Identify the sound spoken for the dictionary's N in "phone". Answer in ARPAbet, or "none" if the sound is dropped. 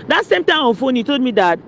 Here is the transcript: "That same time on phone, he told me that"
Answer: N